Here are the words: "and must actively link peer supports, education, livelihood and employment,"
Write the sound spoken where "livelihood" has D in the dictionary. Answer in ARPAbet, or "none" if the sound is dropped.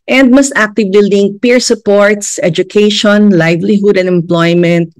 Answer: D